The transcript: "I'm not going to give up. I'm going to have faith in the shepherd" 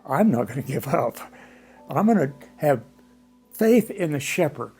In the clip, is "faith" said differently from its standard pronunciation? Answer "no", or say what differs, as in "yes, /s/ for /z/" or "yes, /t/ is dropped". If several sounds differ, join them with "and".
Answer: no